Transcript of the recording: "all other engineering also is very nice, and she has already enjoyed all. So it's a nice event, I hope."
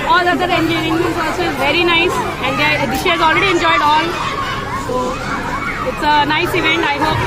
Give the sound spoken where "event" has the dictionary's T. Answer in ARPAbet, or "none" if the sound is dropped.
T